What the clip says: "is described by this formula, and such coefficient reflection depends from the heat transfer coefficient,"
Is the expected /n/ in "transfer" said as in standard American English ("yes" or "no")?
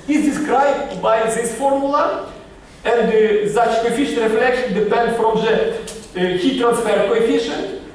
yes